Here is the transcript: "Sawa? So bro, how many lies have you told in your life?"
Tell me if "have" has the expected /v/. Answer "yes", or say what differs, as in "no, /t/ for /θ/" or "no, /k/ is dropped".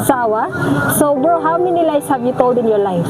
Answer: no, /b/ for /v/